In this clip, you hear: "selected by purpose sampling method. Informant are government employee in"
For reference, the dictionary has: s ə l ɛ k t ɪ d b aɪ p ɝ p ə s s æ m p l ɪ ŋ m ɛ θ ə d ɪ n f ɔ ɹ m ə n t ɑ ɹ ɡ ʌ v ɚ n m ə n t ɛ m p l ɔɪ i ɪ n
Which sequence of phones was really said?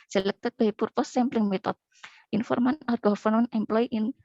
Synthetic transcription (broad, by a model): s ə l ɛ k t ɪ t b aɪ p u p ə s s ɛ m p l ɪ ŋ m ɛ t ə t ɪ n f ɔ ɹ m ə n ɑ ɹ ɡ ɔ f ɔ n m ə n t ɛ m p l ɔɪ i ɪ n